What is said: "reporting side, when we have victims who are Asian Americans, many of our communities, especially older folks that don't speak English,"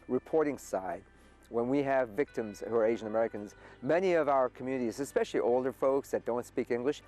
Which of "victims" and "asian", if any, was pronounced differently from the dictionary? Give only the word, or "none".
none